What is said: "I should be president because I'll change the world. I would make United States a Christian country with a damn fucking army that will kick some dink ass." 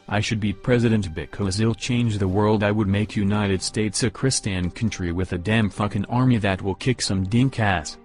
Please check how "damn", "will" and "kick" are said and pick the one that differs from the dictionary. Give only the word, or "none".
none